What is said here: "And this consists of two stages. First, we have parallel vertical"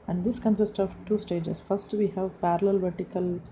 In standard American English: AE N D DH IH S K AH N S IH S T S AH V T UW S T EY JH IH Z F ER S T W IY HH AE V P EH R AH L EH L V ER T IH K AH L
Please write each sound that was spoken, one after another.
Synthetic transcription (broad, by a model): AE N D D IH S K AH N S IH S T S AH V T UW S T EY JH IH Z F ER S T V IY HH AE V P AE R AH L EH L V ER T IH K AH L